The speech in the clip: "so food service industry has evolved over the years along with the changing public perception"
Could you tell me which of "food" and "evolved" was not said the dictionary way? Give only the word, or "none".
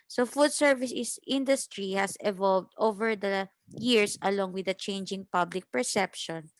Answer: none